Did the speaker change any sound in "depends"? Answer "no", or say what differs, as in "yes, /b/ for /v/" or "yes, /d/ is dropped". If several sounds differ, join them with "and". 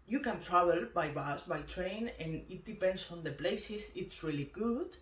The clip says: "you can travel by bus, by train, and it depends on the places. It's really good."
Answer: yes, /s/ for /z/